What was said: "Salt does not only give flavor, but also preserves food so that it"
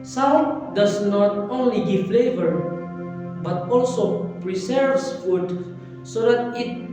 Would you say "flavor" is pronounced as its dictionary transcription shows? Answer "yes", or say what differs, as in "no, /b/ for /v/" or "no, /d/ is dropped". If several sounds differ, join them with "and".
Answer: yes